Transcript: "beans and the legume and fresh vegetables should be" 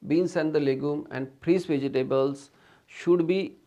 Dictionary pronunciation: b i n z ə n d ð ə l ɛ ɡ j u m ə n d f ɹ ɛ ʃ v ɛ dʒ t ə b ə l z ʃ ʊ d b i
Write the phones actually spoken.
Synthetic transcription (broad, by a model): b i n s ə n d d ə l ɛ ɡ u m ə n d p ɹ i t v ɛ dʒ t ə b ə l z ʃ ʊ d b i